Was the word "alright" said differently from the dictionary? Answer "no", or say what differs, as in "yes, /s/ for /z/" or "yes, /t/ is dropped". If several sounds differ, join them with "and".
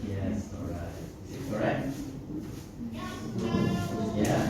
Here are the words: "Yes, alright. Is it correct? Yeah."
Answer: yes, /l/ is dropped